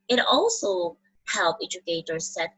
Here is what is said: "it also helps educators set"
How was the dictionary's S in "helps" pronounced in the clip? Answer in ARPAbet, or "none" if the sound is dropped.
none